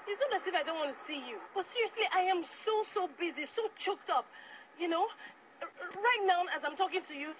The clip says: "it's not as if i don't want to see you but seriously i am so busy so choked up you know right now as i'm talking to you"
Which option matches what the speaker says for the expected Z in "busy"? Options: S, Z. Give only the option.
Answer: Z